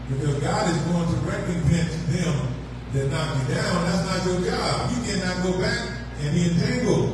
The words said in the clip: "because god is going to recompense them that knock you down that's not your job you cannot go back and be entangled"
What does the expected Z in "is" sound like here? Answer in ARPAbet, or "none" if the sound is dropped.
Z